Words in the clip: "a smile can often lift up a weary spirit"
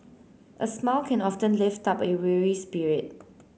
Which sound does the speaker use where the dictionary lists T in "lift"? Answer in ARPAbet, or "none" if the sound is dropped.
T